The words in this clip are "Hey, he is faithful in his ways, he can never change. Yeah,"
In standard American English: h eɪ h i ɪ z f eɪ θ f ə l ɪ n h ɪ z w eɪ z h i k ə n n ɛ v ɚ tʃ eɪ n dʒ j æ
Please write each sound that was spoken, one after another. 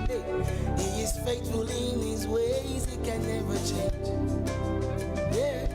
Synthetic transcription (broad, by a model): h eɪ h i ɪ z f eɪ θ f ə l ɪ n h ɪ z w eɪ z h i k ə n n ɛ v ɚ tʃ eɪ n dʒ j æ